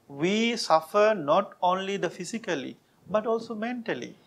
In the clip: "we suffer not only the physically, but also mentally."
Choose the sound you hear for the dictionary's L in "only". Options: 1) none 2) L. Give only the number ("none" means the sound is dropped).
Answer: 2